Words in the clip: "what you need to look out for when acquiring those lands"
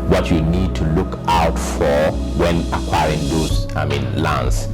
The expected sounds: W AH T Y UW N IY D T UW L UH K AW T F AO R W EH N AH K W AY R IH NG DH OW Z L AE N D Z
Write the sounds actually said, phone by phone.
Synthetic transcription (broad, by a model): W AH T Y UW N IY D T UW L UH K AW T F AO R W EH N AH K W AY R IH NG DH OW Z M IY N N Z